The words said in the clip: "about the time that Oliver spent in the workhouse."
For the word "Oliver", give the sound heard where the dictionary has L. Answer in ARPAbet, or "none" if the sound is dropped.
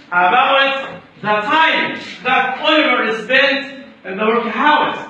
W